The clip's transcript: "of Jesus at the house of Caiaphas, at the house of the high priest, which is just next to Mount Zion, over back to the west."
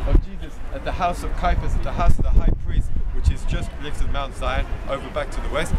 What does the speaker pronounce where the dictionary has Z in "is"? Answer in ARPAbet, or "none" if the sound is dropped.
Z